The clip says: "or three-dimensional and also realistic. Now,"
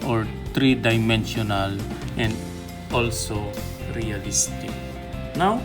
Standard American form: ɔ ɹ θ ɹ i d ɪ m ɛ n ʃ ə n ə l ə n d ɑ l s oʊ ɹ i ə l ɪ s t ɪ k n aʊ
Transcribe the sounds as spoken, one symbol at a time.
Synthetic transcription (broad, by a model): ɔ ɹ t ɹ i d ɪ m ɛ n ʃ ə n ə l ə n d ɑ l s oʊ ɹ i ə l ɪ s t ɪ k n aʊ